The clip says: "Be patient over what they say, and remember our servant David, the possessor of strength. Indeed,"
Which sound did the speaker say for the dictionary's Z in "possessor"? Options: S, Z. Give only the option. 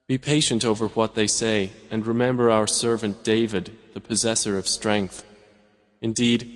Z